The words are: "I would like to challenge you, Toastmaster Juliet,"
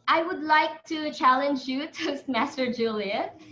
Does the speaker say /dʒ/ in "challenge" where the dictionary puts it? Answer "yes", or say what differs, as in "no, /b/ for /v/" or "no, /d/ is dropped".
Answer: yes